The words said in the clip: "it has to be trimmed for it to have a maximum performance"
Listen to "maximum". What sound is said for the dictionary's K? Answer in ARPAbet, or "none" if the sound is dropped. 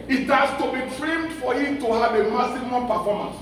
none